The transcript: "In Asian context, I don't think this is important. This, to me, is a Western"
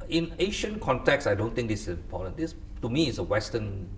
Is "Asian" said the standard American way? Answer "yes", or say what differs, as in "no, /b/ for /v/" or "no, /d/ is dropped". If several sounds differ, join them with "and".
no, /ʃ/ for /ʒ/